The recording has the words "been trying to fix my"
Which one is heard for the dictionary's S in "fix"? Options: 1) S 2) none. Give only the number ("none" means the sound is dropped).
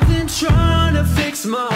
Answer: 1